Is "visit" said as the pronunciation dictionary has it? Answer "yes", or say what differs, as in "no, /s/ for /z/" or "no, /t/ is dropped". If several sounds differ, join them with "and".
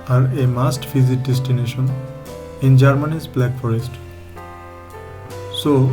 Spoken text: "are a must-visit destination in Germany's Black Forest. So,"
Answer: no, /f/ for /v/